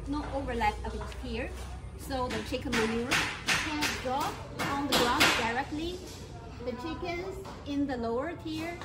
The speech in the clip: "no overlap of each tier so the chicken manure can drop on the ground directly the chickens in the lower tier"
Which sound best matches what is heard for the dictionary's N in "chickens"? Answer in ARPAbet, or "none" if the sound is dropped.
N